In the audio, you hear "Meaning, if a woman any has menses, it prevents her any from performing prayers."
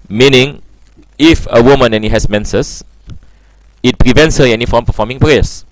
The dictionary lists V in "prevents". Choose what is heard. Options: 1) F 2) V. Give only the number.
2